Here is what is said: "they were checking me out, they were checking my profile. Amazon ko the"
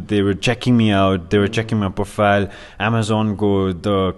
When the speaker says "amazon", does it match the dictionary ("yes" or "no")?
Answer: yes